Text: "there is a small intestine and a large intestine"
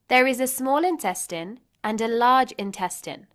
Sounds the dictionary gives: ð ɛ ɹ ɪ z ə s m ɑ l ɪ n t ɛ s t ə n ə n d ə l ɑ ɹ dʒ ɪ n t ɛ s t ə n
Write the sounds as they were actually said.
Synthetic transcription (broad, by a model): ð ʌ ɹ ɪ z ə s m ɑ l ɪ n t ɛ s t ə n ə n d ə l ɑ dʒ ɪ n t ɛ s t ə n